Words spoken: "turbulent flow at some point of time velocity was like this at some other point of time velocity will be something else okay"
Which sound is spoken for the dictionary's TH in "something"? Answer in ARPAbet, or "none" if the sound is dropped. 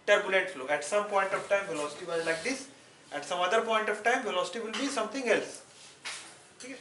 T